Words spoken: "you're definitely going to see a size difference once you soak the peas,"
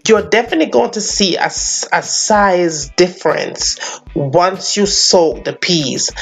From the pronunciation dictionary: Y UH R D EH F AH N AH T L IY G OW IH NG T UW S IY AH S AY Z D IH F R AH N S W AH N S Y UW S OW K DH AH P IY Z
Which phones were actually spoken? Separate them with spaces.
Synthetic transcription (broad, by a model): Y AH D EH F AH N AH T L IY G OW IH NG T UW S IY AH S AY Z D IH F R AH N S W AH N S Y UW S OW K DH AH P IY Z